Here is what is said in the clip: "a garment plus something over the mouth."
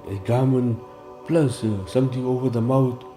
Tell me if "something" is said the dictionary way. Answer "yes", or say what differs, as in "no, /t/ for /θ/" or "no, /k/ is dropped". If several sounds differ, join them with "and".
no, /t/ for /θ/